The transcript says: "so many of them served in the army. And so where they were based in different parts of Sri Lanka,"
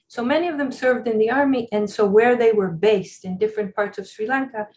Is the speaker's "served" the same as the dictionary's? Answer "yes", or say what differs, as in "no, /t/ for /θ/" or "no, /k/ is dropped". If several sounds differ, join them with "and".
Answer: yes